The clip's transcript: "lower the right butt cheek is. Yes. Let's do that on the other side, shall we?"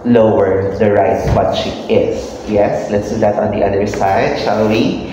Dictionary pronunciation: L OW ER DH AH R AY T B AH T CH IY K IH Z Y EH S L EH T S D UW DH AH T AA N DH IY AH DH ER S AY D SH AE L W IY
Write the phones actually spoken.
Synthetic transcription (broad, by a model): L OW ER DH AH R AY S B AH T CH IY IH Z Y EH S L EH T S D UW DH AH T AA N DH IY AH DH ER S AY D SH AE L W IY